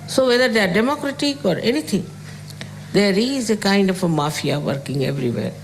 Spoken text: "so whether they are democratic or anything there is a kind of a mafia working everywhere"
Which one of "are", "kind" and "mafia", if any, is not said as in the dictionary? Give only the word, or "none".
none